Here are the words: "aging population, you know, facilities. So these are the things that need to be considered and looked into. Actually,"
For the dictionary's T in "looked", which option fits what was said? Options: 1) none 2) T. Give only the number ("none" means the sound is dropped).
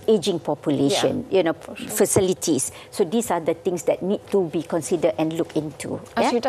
1